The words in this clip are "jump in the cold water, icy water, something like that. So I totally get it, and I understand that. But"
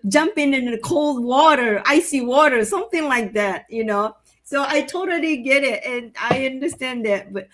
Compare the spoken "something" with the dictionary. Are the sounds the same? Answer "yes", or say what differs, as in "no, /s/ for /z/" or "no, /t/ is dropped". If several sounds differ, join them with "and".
yes